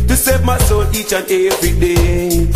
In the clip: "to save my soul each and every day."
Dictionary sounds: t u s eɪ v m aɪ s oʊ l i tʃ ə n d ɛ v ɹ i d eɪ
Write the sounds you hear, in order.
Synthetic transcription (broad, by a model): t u s eɪ v m aɪ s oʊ n i tʃ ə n ɛ v ɹ i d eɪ